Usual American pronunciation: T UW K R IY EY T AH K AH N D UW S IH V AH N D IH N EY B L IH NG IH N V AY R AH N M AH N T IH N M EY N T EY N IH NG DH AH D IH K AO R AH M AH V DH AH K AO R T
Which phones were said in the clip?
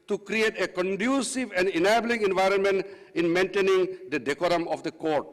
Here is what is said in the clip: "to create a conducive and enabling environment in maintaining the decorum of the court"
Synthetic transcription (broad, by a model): T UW K R IY EY T AH K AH N D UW S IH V AH N D IH N EY B L IH NG IH N V AY R AH N M AH N T IH N M EY N T EY N IH NG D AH D IH K AO R AH M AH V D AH K AO R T